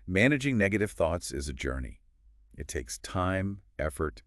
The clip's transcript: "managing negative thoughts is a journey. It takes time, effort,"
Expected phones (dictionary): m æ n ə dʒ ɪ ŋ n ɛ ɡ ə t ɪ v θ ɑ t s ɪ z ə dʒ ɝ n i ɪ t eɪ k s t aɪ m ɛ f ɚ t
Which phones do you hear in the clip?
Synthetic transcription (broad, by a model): m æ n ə dʒ ɪ ŋ n ɛ ɡ ə t ɪ v θ ɑ t s ɪ z ə dʒ ɝ n i ɪ t eɪ k s t aɪ m ɛ f ɚ t